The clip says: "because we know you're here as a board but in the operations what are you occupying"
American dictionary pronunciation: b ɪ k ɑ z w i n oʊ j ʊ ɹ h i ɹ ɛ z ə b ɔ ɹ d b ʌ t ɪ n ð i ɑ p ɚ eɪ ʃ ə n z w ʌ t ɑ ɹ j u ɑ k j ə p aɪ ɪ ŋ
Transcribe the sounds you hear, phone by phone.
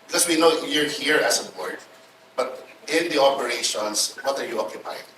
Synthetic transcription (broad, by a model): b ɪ k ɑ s w i n oʊ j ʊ ɹ h i ɹ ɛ s ə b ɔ ɹ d b ʌ t ɪ n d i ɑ p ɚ eɪ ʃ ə n s w ʌ t ɑ ɹ j u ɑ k j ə p aɪ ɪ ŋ